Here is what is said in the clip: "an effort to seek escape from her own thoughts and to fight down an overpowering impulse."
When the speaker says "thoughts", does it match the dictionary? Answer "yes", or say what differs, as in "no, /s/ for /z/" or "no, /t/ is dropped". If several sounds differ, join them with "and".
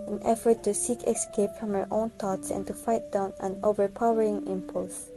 no, /t/ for /θ/